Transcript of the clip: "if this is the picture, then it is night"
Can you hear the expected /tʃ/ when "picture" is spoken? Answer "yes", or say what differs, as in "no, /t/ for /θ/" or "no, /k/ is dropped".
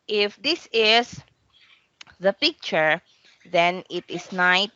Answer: yes